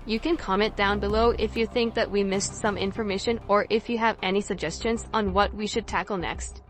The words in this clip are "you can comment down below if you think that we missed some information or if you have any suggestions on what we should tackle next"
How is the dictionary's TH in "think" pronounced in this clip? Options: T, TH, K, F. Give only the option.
TH